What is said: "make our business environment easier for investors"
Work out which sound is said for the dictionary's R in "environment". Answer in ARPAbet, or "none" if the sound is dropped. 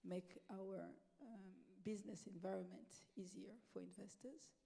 R